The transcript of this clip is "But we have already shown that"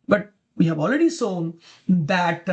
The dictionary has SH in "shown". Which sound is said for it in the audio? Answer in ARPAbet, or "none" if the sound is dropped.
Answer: S